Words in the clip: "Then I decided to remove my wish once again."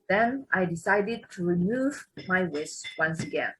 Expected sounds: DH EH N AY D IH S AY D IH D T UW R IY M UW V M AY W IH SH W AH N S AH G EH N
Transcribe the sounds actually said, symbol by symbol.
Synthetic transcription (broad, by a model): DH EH N AY D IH S AY D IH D T UW R IY M UW V M AY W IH S W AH N S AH G EH N